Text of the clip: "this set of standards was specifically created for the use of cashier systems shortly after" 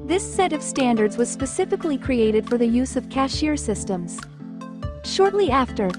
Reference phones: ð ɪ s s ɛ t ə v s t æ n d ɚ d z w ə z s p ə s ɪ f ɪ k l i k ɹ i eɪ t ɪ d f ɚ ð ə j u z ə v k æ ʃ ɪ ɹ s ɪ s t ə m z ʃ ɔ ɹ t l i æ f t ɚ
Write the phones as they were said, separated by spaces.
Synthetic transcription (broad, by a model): ð ɪ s s ɛ t ə v s t æ n d ɚ d z w ə z s p ə s ɪ f ɪ k l i k ɹ i eɪ t ɪ d f ɚ ð ə j u z ə v k æ ʃ ɪ ɹ s ɪ s t ə m z ʃ ɔ ɹ t l i æ f t ɚ